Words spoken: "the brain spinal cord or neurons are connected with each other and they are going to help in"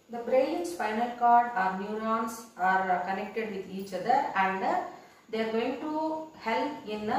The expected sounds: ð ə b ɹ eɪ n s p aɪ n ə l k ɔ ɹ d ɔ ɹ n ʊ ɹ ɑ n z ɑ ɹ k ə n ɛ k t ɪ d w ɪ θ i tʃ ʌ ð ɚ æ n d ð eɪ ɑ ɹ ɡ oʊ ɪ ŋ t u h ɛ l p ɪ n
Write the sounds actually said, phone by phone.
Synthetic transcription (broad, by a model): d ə b ɹ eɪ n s f aɪ n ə l k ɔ ɹ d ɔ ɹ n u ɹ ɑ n s ɑ ɹ k ə n ɛ k t ɪ d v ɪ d i tʃ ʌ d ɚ æ n d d eɪ ɑ ɹ ɡ oʊ ɪ ŋ t u h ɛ l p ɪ n